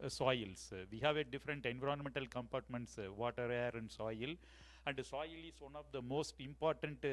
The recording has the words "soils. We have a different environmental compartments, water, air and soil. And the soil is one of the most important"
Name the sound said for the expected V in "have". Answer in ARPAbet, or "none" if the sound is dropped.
V